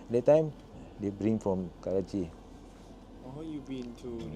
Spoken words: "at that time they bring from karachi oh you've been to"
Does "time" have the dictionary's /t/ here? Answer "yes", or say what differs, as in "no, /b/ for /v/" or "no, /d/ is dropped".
yes